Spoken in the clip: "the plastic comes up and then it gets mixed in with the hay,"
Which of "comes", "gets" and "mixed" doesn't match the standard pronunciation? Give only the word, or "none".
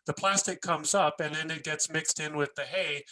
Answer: none